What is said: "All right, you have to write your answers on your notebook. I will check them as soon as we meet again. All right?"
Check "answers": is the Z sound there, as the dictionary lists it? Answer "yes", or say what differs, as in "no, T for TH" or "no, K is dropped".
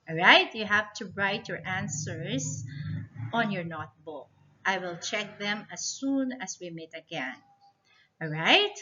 no, S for Z